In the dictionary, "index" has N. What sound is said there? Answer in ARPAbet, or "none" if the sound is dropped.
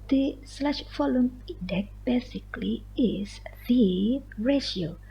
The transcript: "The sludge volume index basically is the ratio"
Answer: none